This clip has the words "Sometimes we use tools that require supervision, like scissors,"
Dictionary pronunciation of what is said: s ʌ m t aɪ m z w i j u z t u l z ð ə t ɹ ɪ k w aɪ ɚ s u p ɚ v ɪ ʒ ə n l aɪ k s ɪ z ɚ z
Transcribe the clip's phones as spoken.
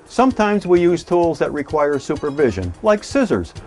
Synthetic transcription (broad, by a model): s ʌ m t aɪ m z w i j u z t u l z ð ə t ɹ ɪ k w aɪ ɚ s u p ɚ v ɪ ʒ ə n l aɪ k s ɪ z ɚ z